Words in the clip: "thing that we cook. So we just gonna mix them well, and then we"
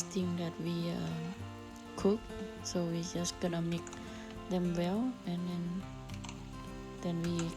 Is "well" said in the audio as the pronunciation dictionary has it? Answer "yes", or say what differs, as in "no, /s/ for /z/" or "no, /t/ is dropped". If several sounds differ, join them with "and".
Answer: yes